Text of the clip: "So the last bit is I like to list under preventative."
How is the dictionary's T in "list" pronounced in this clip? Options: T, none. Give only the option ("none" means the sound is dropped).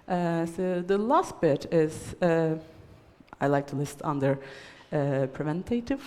T